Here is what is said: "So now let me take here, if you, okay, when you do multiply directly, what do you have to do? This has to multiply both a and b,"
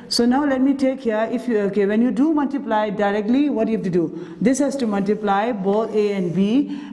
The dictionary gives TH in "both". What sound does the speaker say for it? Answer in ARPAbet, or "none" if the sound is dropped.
T